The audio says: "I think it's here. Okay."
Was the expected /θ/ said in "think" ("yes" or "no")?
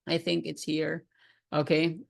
yes